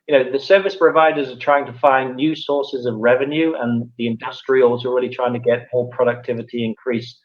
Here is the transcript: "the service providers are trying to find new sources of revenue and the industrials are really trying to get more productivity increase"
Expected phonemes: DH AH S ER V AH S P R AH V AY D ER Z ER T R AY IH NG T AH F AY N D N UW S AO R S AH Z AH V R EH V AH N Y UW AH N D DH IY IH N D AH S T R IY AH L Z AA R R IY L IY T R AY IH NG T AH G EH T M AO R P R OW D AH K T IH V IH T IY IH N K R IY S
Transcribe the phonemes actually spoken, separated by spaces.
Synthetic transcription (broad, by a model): DH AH S ER V AH S P R AH V AY D ER Z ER T R AY IH NG T AH F AY N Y UW S AO R S AH Z AH V R EH V AH N Y UW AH N DH IY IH N D AH S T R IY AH L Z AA L R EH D IY T R AY IH NG T AH G EH T M AO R P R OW D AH K T IH V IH T IY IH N K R IY S